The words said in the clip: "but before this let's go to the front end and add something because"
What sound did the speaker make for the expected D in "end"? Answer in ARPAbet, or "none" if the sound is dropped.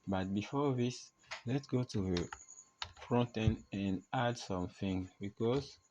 none